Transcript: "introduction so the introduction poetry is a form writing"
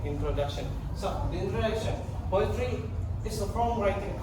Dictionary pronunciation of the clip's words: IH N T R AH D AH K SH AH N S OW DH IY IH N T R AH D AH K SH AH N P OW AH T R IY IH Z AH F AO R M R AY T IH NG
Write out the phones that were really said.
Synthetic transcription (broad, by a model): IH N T R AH D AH K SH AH N S OW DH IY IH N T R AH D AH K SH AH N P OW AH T R IY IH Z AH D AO L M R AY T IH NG